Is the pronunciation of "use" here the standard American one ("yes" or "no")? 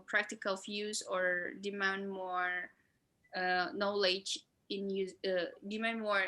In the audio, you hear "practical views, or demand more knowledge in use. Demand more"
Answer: no